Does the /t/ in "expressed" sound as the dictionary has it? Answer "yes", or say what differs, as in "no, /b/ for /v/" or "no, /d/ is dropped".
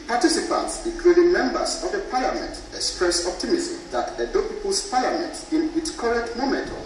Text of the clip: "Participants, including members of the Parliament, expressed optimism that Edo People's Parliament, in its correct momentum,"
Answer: no, /t/ is dropped